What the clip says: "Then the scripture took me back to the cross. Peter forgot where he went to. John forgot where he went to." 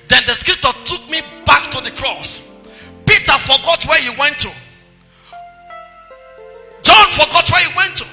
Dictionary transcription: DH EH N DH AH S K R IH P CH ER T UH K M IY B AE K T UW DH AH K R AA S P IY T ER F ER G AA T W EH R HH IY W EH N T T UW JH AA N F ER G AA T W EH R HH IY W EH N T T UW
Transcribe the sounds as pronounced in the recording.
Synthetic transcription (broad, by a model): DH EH N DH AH S K R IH P CH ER T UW K M IY B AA K T UW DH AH K R AA S P IY T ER F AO G AA T W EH HH IY W EH N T T UW JH AA N F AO G AA T W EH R HH IY W EH N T T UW